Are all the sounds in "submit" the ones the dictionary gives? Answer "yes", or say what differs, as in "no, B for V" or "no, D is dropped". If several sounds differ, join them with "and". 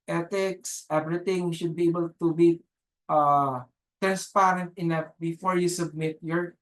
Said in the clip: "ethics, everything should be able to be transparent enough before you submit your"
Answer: yes